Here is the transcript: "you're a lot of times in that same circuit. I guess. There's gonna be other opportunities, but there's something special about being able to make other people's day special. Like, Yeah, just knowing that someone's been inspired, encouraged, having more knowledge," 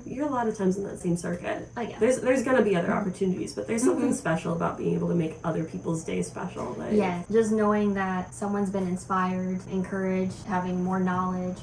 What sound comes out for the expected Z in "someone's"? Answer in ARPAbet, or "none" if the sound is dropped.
Z